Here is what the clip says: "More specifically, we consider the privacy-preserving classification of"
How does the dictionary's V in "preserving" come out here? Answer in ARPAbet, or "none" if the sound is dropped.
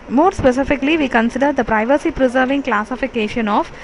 V